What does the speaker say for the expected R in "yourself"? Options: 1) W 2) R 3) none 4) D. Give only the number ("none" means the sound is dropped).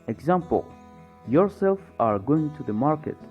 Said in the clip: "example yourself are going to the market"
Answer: 2